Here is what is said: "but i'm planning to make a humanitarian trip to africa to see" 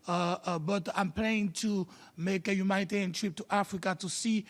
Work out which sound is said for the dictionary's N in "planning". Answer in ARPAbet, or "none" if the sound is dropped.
none